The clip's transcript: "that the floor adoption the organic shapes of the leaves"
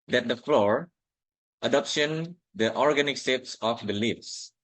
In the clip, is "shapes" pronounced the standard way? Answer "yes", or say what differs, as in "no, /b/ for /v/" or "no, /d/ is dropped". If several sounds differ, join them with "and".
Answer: no, /s/ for /ʃ/